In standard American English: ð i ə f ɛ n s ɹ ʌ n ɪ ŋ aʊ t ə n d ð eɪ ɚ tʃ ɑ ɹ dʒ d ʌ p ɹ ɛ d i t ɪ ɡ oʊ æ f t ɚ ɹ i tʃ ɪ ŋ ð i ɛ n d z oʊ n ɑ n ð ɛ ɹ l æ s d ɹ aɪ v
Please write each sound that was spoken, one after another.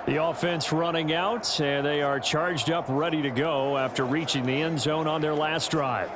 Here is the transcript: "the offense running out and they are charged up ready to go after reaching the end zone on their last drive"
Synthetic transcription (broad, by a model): ð i ə f ɛ n s ɹ ʌ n ɪ ŋ aʊ t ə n ð eɪ ɚ tʃ ɑ ɹ dʒ d ʌ p ɹ ɛ d i t ɪ ɡ oʊ æ f t ɚ ɹ i tʃ ɪ ŋ ð i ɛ n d z oʊ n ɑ n ð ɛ ɹ l æ s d ɹ aɪ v